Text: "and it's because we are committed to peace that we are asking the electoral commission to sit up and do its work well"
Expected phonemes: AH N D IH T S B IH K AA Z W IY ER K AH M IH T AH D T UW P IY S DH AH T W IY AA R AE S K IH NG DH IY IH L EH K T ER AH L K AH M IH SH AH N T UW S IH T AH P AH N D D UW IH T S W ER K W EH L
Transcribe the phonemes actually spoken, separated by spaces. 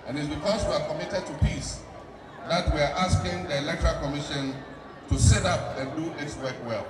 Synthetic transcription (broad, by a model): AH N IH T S B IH K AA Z W IY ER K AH M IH T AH D T UW P IY S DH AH T W IY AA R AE S K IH NG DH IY IH L EH K T ER AH L K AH M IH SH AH N T UW S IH T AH P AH N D D UW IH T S W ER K W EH L